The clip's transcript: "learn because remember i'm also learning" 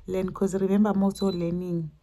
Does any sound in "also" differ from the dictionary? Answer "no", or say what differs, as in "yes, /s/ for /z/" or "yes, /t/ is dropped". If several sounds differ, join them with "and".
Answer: yes, /l/ is dropped